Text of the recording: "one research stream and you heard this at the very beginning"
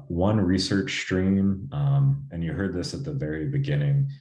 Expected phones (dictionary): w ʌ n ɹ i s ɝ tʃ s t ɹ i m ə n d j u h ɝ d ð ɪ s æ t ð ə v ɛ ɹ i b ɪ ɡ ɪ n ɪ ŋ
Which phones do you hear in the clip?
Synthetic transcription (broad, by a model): w ʌ n ɹ i s ɝ tʃ s t ɹ i m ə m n j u h ɝ d ð ɪ s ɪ t ð ə v ɛ ɹ i b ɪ ɡ ɪ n ɪ ŋ